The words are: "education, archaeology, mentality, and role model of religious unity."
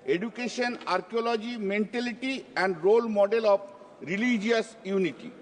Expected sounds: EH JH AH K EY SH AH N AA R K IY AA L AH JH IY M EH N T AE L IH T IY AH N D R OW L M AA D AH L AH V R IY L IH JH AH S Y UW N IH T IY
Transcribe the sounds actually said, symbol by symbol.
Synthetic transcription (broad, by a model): EH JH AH K EY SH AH N AA R K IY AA L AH JH IY M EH N T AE L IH T IY AH N D R OW L M AA D AH L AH P R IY L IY JH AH S Y UW N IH T IY